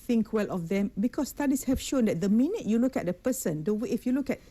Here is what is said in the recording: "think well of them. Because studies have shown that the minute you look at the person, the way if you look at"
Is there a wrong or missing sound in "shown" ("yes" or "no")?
no